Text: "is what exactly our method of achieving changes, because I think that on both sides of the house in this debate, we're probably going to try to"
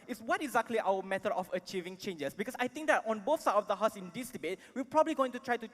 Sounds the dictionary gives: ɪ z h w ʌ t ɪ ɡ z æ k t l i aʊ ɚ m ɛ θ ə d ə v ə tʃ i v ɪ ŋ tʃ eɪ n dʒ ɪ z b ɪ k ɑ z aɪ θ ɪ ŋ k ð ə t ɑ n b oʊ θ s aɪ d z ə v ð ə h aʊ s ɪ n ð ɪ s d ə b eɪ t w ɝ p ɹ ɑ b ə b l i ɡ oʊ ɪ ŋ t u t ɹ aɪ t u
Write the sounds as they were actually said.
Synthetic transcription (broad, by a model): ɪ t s w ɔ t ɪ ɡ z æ k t l i aʊ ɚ m ɛ t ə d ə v ə tʃ i v ɪ ŋ tʃ eɪ n dʒ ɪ s b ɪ k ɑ s aɪ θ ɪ ŋ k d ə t ɑ n b oʊ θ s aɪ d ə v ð ə h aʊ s ɪ n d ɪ s d ə b eɪ t w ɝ p ɹ ɑ b ə b l i ɡ oʊ ɪ ŋ t u t ɹ aɪ t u